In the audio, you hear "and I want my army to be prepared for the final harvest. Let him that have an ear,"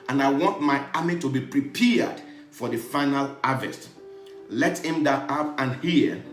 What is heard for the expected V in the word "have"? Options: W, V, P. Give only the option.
P